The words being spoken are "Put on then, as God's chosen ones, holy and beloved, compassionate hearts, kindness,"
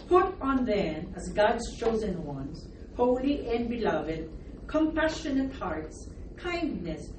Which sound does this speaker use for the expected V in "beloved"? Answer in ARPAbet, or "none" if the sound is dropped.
V